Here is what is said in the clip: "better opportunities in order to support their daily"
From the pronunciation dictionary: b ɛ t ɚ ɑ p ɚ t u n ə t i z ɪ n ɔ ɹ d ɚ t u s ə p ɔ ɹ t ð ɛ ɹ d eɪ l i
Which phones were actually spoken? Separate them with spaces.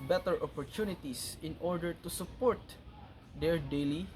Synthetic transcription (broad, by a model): b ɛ t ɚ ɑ p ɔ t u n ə t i s ɪ n ɔ ɹ d ɚ t u s ə p ɔ ɹ t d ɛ ɹ d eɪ l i